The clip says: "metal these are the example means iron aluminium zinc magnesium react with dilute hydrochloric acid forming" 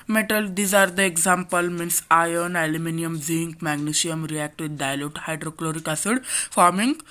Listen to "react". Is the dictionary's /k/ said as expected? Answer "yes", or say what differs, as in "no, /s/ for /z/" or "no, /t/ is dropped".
yes